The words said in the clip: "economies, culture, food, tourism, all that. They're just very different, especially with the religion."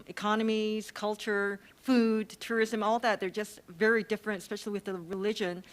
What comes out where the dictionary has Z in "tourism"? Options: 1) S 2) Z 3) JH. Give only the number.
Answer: 2